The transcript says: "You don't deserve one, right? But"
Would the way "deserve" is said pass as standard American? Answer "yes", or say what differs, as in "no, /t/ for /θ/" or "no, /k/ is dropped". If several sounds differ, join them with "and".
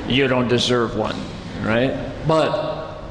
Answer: yes